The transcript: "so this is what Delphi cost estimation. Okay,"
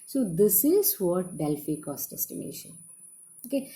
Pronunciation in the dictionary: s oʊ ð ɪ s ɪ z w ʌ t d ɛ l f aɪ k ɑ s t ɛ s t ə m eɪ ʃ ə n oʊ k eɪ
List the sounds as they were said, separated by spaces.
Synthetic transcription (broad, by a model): s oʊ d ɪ s ɪ z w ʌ t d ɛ l f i k ɑ s t ɛ s t ə m eɪ ʃ ə n oʊ k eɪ